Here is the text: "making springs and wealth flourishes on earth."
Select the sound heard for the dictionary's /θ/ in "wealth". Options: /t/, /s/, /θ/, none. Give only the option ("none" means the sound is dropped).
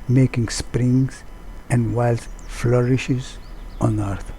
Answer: /s/